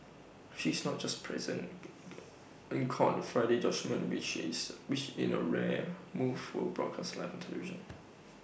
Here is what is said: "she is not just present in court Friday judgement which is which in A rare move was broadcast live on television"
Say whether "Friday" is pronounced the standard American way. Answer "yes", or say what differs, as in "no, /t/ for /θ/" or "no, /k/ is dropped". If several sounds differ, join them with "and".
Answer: yes